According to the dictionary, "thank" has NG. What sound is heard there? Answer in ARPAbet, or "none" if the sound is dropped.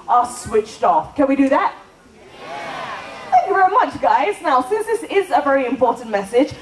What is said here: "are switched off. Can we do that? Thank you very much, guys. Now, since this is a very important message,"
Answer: none